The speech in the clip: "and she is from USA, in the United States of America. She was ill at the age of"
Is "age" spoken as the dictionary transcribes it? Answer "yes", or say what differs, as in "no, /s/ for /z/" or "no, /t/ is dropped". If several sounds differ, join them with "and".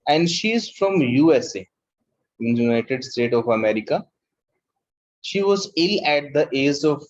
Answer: no, /z/ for /dʒ/